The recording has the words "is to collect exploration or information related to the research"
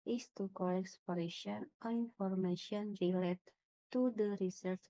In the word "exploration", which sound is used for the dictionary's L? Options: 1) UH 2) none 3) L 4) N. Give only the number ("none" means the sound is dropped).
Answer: 2